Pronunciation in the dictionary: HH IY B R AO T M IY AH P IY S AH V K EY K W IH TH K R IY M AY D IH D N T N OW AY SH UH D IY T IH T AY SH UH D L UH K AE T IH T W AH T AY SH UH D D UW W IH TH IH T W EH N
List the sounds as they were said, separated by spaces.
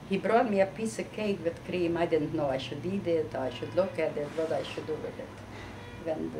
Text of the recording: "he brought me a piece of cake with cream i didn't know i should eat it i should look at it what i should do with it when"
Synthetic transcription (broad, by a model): HH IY B R AO T M IY AH P IY S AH K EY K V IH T K R IY M AY D IH D N T N OW AY SH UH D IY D IH T AY SH UH D L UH K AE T IH T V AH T AY SH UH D D UW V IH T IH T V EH N